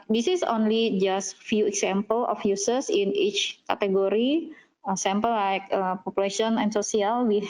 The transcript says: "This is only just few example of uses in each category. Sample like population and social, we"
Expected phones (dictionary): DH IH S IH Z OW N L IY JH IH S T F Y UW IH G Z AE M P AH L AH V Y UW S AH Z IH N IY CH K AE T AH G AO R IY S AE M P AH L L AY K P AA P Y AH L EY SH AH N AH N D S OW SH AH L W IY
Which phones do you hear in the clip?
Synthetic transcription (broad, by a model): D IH S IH S OW N L IY JH IH S T F Y UW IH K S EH M P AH L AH F Y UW S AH S IH N IY CH K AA T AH G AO R IY S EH M P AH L L AY K P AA P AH L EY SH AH N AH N S OW S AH L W IY